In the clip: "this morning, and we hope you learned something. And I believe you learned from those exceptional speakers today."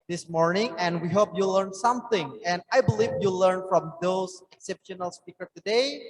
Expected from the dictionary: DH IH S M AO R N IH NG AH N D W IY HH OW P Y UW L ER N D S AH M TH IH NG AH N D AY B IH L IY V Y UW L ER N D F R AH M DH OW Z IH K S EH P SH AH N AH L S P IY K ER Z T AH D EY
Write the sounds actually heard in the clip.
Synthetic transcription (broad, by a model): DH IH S M AO R N IH NG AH N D W IY HH OW P Y UW L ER N S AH M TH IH NG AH N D AY B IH L IY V Y UW L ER N F R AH M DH OW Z IH K S EH P SH AH N AH L S P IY K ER T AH D EY